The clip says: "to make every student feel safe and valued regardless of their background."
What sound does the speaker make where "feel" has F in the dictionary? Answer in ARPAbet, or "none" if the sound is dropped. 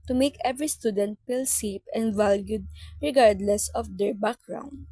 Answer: P